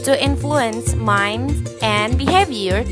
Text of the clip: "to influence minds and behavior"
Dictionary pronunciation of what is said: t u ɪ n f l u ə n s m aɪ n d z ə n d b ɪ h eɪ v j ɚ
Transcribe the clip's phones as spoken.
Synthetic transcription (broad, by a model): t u ɪ n f l u ə n s m aɪ n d ə n d b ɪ h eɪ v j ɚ